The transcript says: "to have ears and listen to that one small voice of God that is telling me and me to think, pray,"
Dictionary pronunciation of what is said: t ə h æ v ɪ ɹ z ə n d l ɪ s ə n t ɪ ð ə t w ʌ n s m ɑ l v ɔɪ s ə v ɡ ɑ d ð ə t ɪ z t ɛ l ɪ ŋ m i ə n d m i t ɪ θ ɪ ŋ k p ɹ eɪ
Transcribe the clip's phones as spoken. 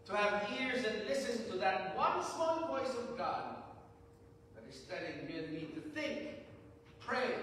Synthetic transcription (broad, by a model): t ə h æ v ɪ ɹ z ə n l ɪ s ə n t ɪ ð ə t w ʌ n s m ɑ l v ɔɪ s ə v ɡ ɑ d ð ə t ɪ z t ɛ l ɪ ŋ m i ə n m i t ɪ θ ɪ ŋ k p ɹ eɪ